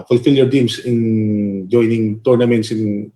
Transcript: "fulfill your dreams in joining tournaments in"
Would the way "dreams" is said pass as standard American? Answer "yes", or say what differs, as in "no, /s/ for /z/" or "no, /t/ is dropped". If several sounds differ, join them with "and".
no, /ɹ/ is dropped and /s/ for /z/